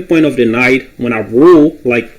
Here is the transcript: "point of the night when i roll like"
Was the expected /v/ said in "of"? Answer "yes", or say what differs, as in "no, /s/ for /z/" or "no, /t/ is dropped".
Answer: yes